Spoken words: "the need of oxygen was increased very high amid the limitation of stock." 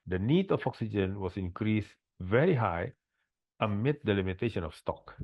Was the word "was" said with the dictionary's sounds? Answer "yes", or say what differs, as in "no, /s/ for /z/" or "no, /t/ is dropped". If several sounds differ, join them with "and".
no, /s/ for /z/